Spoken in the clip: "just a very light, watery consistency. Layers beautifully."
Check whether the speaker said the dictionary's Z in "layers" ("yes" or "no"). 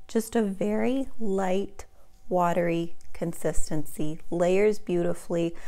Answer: yes